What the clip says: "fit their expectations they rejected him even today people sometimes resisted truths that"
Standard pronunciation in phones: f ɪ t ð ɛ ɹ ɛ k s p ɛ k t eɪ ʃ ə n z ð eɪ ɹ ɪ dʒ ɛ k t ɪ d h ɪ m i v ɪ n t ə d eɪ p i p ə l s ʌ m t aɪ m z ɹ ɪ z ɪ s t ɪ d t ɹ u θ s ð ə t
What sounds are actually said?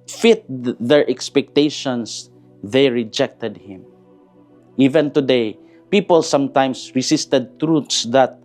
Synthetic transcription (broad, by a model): f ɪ t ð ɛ ɹ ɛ k s p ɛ k t eɪ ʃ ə n s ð eɪ ɹ ɪ dʒ ɛ k t ɪ d h ɪ m i v ɪ n t ə d eɪ p i p ə l s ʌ m t aɪ m s ɹ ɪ s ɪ s t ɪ d t ɹ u t s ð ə t